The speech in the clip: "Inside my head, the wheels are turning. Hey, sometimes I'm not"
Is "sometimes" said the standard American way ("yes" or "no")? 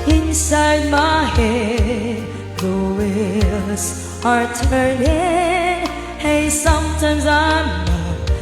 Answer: yes